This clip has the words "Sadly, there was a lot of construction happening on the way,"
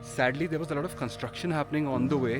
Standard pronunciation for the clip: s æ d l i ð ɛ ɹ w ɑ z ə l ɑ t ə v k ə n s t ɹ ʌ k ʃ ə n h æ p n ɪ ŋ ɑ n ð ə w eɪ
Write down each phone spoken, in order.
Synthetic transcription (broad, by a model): s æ d l i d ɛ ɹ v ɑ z ə l ɑ t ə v k ə n s t ɹ ʌ k ʃ ə n h æ p n ɪ ŋ ɑ n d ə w eɪ